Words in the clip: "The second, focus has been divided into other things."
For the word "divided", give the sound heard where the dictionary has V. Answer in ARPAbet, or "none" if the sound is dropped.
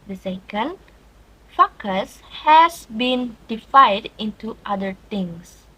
F